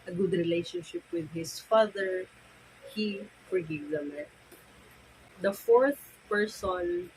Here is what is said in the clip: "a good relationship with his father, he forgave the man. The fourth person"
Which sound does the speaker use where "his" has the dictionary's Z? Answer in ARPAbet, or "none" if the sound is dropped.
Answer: S